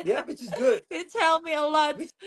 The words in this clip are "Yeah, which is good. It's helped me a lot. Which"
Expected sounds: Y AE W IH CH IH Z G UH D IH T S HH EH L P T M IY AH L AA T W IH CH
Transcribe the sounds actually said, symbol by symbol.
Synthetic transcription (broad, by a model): Y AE W IH CH IH Z G UH D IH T EH L M IY AH L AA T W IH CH